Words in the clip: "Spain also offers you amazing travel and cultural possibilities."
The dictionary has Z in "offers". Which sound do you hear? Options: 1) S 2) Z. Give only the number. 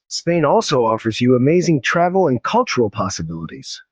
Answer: 2